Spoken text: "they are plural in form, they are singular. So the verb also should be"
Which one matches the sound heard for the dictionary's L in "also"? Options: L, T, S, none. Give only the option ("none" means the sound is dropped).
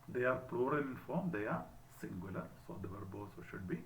none